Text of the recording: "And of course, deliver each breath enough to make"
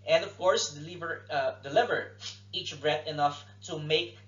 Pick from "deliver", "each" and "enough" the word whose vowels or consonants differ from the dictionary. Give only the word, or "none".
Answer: none